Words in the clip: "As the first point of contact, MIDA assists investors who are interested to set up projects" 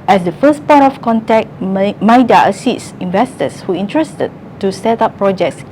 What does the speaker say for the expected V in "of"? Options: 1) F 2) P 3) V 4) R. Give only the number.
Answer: 1